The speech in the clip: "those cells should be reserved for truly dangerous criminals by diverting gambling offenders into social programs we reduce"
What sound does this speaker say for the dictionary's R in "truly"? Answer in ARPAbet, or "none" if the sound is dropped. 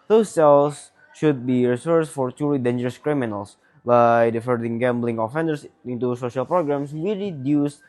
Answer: none